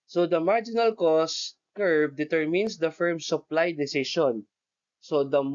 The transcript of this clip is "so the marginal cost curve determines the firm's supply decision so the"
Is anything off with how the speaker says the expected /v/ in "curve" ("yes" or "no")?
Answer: yes